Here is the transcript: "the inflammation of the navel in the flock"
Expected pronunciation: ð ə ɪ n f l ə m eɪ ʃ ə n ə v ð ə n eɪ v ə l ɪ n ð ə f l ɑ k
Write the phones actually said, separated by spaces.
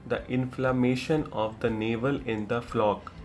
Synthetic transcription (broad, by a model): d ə ɪ n f l ə m eɪ ʃ ə n ə v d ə n eɪ v ə l ɪ n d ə f l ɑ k